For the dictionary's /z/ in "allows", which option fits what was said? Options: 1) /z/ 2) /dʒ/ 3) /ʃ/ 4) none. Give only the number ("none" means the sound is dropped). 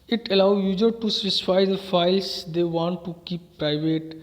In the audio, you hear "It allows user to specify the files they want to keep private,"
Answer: 4